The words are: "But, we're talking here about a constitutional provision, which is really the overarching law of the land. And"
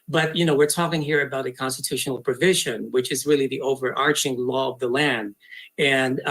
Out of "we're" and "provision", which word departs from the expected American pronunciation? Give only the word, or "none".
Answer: none